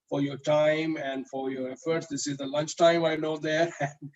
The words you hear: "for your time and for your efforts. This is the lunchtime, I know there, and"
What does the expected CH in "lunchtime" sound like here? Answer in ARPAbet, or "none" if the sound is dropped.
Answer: CH